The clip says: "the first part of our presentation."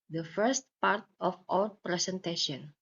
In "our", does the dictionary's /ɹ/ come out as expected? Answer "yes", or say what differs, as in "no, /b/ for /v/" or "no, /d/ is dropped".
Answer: no, /w/ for /ɹ/